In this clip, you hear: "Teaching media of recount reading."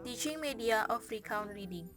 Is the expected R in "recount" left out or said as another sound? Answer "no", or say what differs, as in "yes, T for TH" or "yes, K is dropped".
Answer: no